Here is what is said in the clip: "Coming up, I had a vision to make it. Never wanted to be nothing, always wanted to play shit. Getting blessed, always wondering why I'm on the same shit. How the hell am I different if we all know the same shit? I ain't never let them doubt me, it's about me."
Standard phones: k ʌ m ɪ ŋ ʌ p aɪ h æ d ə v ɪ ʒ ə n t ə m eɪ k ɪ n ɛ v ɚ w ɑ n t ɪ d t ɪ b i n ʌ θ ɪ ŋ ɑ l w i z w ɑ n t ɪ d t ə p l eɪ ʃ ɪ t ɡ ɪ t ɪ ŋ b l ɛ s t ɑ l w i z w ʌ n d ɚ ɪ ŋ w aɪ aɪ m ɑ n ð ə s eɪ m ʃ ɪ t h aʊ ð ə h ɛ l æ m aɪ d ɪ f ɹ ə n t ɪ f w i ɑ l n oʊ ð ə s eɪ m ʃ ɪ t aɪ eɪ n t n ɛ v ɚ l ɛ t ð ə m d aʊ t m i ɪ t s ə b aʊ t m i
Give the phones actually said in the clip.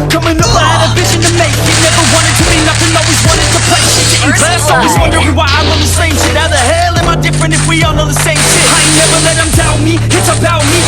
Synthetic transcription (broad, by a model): k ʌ m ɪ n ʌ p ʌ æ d ə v ɪ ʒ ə n t ə m eɪ k ɪ n ɛ v ɚ w ɑ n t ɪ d t ɪ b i n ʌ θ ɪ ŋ ɑ l w i z w ɑ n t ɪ d t ə p l eɪ ɪ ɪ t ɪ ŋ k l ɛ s ɑ l w i z w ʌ n d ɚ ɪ w aɪ aɪ m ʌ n ð ə s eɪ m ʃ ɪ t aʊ ð ə h ɛ l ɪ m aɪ d ɪ f ɹ ə n t ɪ f w i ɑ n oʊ ð ə s eɪ m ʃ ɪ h aɪ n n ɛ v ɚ l ɛ t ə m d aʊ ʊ m i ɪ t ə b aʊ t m i